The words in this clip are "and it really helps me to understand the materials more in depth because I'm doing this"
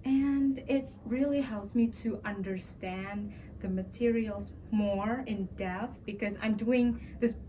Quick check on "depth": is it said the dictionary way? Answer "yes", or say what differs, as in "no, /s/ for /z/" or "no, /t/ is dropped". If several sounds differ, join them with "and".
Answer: no, /p/ is dropped